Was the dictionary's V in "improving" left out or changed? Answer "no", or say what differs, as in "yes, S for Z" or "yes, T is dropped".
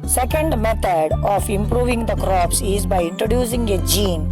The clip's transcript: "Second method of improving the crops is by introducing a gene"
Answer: no